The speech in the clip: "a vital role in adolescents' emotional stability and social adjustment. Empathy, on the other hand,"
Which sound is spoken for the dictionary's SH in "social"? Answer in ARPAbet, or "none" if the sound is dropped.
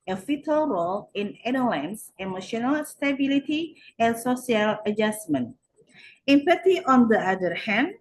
S